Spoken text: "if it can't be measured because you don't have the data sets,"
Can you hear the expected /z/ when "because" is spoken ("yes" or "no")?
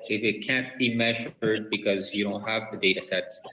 yes